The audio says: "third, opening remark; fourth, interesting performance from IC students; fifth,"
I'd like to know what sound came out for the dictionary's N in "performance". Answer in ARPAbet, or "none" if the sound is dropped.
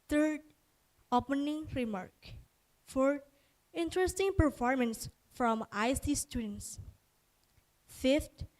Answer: N